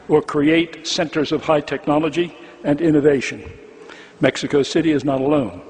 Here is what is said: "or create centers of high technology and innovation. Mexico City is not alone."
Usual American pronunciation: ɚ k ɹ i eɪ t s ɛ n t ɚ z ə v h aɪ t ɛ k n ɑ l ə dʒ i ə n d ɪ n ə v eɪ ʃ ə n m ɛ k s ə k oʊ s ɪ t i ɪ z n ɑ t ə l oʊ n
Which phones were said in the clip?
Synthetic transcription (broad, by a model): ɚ k ɹ i eɪ t s ɛ n t ɚ z ə v h aɪ t ɛ k n ɑ l ə dʒ i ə n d ɪ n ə v eɪ ʃ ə n m ɛ k s ə k oʊ s ɪ t i ɪ z n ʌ t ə l oʊ n